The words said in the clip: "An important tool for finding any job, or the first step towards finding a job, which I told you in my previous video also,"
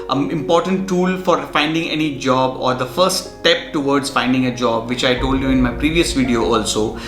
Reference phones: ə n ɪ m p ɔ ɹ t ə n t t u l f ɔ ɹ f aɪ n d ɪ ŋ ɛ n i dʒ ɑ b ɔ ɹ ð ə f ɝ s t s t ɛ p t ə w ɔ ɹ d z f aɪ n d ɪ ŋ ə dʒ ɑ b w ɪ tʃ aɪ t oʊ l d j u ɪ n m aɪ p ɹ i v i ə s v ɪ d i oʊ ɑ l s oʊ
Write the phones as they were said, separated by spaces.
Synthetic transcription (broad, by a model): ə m ɪ m p ɔ ɹ t ə n t t u l f ɔ ɹ f aɪ n d ɪ ŋ ɛ n i dʒ ɑ b ɔ ɹ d ə f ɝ t s t ɛ p t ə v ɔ ɹ d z f aɪ n d ɪ ŋ ə dʒ ɑ b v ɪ tʃ aɪ t oʊ l d j u ɪ n m aɪ p ɹ i v i ə s v ɪ d i oʊ ɑ l s oʊ